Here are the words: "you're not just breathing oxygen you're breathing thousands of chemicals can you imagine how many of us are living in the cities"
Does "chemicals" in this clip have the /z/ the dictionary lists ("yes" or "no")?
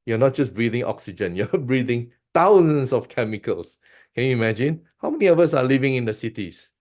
no